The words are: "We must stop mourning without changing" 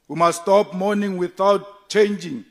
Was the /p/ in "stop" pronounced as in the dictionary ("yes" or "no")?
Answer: yes